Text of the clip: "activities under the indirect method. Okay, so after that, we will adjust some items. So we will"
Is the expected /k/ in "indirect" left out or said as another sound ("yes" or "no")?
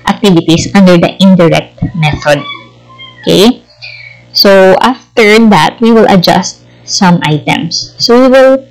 no